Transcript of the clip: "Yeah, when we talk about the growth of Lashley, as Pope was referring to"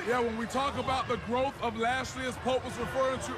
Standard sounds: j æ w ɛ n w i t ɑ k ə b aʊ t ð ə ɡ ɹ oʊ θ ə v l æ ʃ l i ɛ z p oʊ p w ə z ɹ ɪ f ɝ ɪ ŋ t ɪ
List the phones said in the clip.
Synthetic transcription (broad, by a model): j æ w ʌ n w i t ɑ k ə b aʊ t ð ə ɡ ɹ oʊ θ ə v l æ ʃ l i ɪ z p oʊ p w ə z ɹ ɪ f ɝ ɪ ŋ t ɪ